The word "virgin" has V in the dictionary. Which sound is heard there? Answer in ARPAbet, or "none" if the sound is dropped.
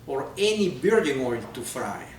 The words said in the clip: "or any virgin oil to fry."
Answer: B